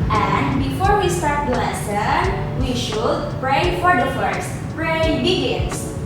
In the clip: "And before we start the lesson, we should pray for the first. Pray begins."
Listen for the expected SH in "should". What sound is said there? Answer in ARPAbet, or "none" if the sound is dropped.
SH